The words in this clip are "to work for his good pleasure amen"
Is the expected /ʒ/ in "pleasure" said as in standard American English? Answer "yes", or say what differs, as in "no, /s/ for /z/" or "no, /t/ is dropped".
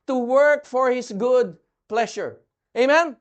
no, /ʃ/ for /ʒ/